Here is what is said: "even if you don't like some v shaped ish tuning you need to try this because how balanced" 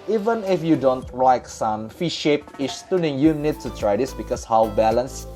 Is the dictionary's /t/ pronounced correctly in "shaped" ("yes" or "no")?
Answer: no